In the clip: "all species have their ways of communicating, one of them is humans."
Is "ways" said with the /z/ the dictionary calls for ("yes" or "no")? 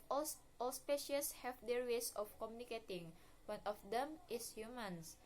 no